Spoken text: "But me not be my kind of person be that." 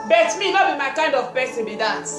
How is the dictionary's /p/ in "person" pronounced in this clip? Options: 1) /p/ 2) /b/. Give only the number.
2